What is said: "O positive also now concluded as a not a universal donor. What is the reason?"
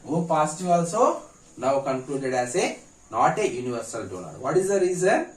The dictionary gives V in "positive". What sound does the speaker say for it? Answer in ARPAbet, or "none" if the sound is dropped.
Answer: none